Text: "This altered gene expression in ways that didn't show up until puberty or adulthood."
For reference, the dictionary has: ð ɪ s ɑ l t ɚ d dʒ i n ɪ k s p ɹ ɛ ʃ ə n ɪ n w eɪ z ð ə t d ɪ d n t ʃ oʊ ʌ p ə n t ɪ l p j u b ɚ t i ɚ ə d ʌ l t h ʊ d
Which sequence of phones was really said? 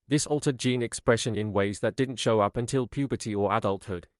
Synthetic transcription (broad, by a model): ð ɪ s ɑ l t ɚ d dʒ i n ɪ k s p ɹ ɛ ʃ ə n ɪ n w eɪ z ð ə t d ɪ d n t ʃ oʊ ʌ p ə n t ɪ l p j u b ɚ t i ɚ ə d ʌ l t h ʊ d